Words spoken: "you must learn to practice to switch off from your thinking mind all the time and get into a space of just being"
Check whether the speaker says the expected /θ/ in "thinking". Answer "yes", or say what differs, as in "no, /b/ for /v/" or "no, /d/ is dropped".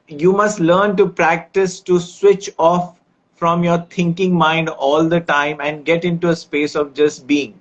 no, /t/ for /θ/